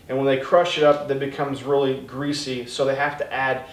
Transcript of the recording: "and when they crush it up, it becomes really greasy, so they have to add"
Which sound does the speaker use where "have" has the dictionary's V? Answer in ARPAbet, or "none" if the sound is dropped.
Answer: F